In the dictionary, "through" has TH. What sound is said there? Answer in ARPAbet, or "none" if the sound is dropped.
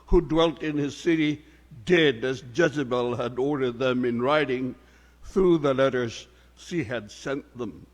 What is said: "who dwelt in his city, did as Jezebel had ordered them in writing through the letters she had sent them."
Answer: TH